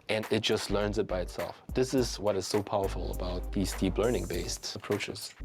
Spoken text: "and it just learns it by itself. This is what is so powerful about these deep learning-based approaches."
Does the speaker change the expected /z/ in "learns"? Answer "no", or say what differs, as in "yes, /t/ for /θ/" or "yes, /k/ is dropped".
no